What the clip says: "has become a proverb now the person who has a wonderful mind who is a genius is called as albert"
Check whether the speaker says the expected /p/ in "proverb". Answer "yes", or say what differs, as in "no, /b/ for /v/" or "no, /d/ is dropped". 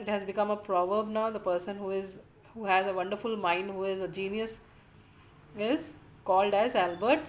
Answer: yes